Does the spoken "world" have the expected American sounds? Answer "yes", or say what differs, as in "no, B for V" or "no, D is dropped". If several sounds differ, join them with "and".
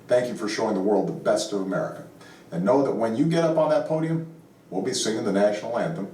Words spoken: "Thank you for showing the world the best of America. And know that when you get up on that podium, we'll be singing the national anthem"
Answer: yes